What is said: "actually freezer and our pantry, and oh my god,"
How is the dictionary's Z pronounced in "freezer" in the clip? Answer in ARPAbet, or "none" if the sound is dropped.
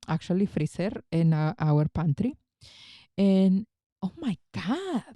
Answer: S